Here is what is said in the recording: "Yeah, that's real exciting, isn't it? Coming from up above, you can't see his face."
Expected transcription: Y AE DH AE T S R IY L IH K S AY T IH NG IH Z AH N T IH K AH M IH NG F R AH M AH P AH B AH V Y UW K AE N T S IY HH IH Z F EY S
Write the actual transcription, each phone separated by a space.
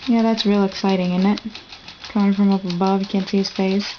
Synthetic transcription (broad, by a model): Y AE DH AE T S R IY L IH K S AY T IH NG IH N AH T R IH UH IH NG F R AH M AH P AH B AH V Y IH K AE N T S IY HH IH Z F EY S